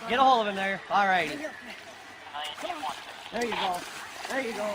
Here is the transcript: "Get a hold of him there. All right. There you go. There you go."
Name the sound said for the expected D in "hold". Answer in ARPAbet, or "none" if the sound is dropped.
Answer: none